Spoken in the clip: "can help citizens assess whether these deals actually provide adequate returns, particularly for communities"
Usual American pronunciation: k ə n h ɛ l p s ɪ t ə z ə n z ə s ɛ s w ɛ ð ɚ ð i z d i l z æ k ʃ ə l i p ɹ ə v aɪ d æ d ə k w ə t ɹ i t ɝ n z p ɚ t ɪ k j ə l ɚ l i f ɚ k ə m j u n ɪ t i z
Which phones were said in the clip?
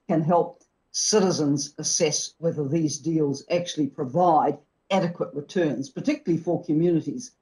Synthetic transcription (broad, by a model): k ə n h ɛ l p s ɪ t ə z ə n z ə s ɛ s w ɛ ð ɚ ð i z d i l z æ k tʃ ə l i p ɹ ə v aɪ d æ d ə k w ə t ɹ i t ɝ n z p ɚ t ɪ k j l l i f ɚ k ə m j u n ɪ t i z